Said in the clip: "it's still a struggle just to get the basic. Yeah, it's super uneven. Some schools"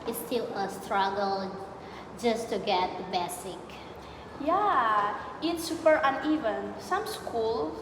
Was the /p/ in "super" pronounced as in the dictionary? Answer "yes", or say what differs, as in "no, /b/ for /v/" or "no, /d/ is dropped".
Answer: no, /f/ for /p/